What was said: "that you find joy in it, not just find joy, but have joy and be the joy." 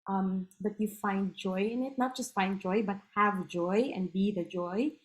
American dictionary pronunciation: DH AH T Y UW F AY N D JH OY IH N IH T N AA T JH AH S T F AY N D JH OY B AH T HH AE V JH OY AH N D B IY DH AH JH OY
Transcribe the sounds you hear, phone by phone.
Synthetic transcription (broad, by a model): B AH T Y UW F AY N D JH OY IH N IH T N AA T JH AH S T F AY N D JH OY B AH T HH AE V JH OY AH N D B IY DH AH JH OY